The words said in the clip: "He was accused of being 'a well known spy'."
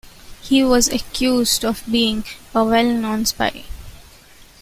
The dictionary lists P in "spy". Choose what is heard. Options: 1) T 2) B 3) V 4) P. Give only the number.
4